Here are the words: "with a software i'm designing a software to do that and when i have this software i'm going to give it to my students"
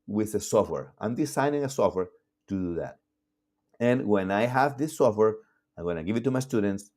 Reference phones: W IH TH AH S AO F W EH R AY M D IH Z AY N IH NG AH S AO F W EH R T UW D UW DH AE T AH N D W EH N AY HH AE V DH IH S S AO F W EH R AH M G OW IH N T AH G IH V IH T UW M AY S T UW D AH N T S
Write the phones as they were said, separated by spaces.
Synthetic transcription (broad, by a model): W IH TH AH S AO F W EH R AY M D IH S AY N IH NG AH S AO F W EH R T UW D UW DH AE T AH N W EH N AY HH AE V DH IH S S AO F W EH R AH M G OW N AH G IH V IH T UW M AY S T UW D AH N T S